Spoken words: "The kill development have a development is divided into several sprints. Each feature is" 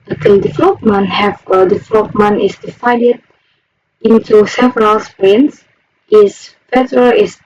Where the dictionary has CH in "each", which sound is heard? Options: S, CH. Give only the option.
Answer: S